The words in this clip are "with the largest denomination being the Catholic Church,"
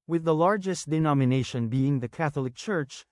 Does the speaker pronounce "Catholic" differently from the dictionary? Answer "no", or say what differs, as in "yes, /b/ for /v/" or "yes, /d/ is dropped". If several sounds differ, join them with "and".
no